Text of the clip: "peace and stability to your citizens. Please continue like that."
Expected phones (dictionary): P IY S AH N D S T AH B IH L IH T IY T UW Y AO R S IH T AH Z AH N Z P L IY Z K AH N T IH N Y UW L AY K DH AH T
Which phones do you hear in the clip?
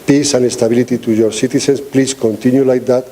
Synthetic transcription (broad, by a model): P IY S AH N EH S T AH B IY L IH T IY T UW Y AO R S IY T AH S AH N S P L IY S K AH N T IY N Y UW L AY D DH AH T